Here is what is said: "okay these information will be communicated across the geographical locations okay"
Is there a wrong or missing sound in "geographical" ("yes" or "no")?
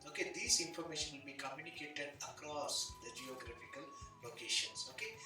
no